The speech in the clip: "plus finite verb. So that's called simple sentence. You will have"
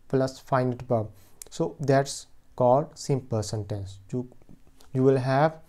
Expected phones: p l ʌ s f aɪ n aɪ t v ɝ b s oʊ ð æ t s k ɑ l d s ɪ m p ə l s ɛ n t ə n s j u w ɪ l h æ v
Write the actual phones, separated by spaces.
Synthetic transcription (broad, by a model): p l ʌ s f aɪ n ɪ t b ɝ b s oʊ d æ t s k ɑ l d s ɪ m p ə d s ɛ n t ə n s j u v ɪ l h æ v